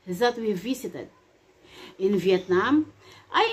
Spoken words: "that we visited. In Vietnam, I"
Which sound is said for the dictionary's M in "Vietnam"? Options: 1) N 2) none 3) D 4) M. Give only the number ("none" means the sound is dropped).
4